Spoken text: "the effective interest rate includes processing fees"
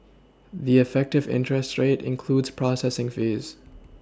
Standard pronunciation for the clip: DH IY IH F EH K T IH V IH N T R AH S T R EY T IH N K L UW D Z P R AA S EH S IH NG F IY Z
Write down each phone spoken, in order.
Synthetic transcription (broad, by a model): DH IY IH F EH K T IH V IH N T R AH S T R EY T IH N K L UW D Z P R AA S EH S IH NG F IY Z